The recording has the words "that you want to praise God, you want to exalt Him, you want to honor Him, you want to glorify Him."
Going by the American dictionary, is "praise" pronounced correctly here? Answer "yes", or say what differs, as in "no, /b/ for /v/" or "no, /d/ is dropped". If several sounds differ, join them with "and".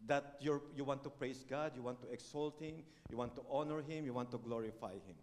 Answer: no, /s/ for /z/